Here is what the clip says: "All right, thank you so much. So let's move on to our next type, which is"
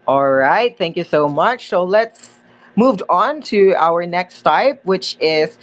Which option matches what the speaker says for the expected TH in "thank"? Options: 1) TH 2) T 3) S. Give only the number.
1